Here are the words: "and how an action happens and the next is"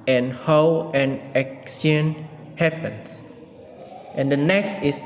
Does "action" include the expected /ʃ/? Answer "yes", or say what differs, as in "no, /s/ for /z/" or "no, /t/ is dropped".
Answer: no, /s/ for /ʃ/